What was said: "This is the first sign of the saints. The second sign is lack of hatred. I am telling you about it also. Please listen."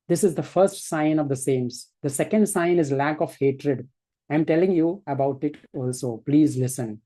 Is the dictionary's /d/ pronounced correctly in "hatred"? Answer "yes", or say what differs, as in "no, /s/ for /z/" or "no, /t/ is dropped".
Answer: yes